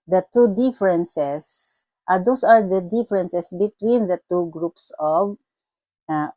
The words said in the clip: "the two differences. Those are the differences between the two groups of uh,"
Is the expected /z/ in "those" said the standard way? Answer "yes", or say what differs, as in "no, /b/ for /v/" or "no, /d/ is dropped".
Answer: no, /s/ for /z/